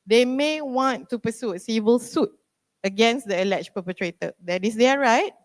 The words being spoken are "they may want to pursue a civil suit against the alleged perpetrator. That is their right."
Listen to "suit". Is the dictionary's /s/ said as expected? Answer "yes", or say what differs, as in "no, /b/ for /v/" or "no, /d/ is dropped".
yes